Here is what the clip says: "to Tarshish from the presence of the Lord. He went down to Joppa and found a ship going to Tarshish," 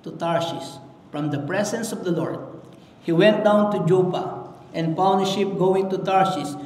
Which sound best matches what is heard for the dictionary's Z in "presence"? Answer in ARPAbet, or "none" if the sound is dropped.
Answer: S